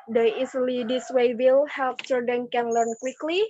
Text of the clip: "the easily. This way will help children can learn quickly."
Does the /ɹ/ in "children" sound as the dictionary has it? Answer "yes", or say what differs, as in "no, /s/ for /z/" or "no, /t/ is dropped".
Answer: no, /ɹ/ is dropped